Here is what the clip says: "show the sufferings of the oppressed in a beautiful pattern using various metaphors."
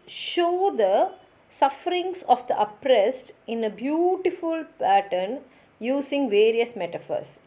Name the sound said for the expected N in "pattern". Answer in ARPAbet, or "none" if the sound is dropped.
N